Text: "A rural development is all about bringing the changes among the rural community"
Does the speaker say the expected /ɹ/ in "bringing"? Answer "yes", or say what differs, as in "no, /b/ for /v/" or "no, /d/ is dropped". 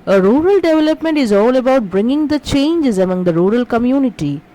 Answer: yes